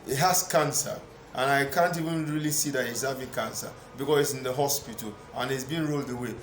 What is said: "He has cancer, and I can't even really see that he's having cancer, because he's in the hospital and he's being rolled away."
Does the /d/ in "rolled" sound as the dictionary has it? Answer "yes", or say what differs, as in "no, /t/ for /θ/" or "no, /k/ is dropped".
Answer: yes